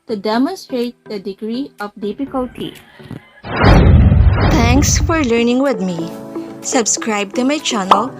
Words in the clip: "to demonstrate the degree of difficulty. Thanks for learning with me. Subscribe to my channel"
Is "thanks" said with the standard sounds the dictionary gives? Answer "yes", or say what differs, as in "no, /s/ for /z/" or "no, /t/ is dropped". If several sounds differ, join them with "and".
no, /t/ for /θ/